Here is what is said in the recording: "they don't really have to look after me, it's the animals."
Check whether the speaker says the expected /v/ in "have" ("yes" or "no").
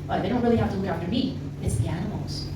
no